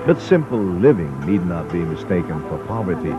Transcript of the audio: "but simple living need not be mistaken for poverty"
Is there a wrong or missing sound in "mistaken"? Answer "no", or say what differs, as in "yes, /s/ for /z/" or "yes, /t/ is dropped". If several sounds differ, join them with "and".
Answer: no